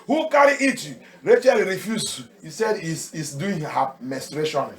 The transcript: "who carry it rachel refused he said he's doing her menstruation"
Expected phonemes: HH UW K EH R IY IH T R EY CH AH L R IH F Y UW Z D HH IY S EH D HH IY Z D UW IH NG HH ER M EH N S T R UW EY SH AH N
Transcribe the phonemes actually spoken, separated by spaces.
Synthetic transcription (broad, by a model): HH UW K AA R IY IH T R EY CH AH L R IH F Y UW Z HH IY S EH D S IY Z D UW IH NG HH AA M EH S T R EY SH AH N